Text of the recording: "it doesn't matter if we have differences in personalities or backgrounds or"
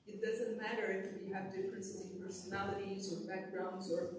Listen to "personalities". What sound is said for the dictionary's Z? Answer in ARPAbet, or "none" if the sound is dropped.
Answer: Z